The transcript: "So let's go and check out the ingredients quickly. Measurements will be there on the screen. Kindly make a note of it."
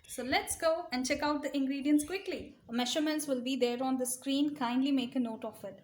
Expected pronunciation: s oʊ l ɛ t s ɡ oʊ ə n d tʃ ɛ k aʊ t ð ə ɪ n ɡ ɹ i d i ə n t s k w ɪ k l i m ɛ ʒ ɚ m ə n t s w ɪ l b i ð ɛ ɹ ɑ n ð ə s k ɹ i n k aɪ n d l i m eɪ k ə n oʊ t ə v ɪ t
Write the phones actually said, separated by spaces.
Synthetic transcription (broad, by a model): s oʊ l ɛ t s ɡ oʊ ə n d tʃ ɛ k aʊ t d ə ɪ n ɡ ɹ i d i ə n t s k w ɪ k l i m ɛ ʃ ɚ m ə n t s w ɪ l b i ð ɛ ɹ ɑ n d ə s k ɹ i n k aɪ n d l i m eɪ k ə n oʊ t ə f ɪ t